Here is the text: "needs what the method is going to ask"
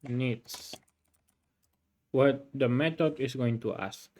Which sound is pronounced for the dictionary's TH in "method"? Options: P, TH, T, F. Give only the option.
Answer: T